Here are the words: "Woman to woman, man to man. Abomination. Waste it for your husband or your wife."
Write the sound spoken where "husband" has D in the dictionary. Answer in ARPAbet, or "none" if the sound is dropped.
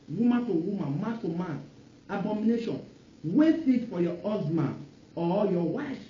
none